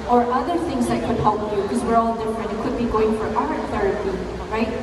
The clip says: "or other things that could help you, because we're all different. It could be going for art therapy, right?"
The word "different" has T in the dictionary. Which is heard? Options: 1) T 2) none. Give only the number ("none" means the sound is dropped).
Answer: 2